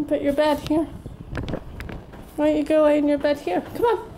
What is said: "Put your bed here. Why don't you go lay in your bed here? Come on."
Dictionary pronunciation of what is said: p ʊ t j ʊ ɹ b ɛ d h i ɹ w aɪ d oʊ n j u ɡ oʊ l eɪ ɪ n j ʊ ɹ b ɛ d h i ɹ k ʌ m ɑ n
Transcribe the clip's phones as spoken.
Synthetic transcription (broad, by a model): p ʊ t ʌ ɹ b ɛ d h i ɹ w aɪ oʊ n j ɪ ɡ oʊ w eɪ ɪ n j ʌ ɹ b ɛ d h i ɹ k ʌ m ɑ n